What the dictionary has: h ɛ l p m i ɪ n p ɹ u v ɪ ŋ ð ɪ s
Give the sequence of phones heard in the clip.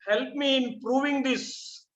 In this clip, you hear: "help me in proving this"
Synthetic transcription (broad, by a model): h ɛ l p m i ɪ n p ɹ u v ɪ ŋ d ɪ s